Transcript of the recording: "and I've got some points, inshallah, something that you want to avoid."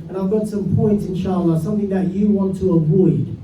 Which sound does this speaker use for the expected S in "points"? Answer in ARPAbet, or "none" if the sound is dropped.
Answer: S